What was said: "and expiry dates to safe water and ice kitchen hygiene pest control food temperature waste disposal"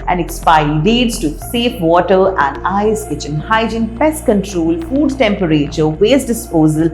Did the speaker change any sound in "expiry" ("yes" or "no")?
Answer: yes